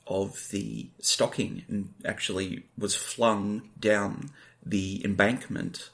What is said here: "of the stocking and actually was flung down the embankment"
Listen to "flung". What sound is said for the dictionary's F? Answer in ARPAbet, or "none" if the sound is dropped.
F